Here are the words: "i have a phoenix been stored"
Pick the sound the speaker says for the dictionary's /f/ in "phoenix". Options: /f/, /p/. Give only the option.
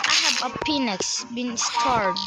/p/